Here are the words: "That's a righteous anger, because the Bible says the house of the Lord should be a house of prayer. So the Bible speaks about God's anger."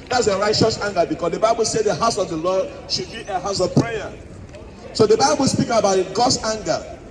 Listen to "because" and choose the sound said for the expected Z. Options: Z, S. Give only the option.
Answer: S